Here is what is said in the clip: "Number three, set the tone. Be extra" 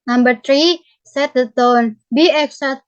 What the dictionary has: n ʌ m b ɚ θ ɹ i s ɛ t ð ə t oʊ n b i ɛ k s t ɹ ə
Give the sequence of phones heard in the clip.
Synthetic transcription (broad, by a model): n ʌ m b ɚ t ɹ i s ɛ t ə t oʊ n b i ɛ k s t